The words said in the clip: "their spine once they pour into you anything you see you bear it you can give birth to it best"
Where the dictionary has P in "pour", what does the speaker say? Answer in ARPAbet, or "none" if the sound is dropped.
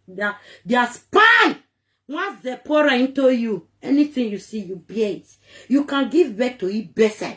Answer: P